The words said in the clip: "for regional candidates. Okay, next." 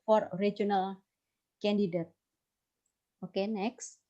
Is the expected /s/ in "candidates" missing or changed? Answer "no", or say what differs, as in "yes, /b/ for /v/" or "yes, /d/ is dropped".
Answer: yes, /s/ is dropped